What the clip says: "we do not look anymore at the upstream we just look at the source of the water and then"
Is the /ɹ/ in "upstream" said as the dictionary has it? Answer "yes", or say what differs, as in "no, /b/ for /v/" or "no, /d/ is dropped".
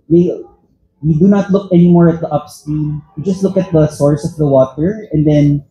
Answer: no, /ɹ/ is dropped